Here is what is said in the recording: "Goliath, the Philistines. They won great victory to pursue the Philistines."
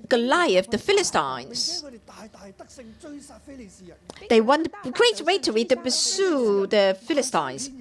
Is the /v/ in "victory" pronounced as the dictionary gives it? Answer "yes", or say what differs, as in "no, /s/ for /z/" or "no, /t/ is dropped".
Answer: no, /w/ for /v/